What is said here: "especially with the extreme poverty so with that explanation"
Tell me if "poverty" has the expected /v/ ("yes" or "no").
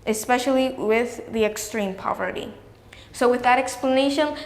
yes